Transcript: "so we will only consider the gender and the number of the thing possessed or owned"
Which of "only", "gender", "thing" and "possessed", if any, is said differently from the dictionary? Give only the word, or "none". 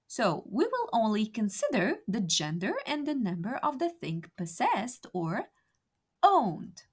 none